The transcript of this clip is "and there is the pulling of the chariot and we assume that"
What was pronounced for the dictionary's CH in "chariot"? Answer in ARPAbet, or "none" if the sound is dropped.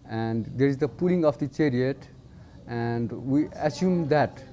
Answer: CH